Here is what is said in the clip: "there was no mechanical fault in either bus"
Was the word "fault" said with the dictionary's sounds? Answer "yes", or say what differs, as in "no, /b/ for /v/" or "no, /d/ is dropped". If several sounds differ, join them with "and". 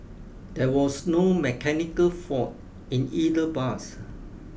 no, /l/ is dropped